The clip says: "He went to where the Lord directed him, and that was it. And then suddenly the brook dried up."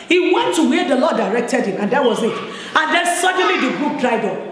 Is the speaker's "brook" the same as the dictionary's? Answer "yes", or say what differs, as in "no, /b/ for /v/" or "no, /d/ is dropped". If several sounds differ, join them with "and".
no, /ɹ/ is dropped